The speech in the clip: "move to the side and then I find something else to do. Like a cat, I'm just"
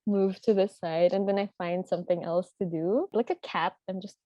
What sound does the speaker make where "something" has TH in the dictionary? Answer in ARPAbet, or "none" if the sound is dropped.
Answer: TH